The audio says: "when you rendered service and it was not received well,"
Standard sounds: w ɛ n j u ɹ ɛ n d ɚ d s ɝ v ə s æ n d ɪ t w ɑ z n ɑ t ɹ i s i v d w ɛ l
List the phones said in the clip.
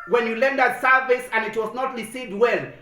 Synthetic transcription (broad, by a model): w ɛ n j u l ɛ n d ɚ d s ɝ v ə s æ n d ɪ t w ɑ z n ɑ t ɹ i s i v d w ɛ l